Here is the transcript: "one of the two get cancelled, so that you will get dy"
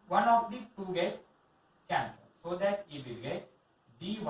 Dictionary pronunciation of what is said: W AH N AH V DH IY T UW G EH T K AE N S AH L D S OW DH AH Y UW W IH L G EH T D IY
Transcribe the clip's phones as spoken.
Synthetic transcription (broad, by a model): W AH N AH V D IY T UW G EH T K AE N S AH D S OW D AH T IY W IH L G EH T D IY